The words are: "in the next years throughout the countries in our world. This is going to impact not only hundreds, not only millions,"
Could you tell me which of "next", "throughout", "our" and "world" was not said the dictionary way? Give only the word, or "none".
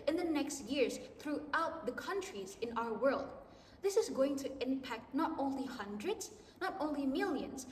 none